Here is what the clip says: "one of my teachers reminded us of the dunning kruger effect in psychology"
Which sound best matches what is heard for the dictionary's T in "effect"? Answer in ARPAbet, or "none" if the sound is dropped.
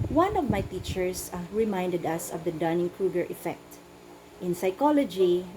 T